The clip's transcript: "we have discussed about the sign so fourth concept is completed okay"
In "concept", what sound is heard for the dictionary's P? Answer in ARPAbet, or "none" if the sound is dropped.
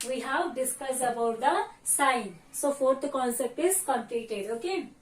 P